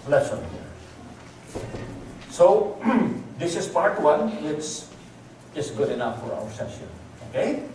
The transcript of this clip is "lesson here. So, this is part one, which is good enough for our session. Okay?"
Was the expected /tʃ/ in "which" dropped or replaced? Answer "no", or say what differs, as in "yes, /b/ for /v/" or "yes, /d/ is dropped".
yes, /s/ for /tʃ/